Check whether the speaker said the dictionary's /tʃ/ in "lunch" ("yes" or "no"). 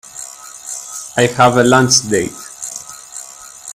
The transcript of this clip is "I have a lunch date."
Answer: no